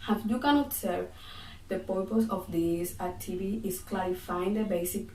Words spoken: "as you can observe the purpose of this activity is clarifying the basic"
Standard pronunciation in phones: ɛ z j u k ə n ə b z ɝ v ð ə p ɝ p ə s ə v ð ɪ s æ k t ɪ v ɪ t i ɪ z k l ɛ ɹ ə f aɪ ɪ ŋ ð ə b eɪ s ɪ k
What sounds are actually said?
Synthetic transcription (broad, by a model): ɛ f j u k ə n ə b s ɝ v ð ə p ɝ p ə s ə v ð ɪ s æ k t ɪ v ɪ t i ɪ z k l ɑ ɹ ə f aɪ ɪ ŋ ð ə b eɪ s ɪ k